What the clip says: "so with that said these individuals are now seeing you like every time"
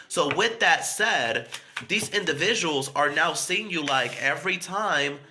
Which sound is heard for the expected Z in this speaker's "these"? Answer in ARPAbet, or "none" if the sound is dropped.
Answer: Z